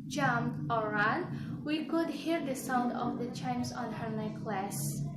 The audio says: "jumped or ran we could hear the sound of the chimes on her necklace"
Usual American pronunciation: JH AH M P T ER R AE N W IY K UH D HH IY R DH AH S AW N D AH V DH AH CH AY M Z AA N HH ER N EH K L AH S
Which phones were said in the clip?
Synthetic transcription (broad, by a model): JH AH M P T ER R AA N W IY K UH D HH IY R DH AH S AW N D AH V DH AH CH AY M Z AA N HH ER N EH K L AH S